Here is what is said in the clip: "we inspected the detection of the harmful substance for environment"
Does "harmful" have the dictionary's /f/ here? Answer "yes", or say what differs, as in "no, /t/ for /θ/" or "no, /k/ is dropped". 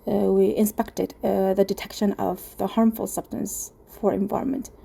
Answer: yes